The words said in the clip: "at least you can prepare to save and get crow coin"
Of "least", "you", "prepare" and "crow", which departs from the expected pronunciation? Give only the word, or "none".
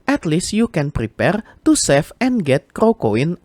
none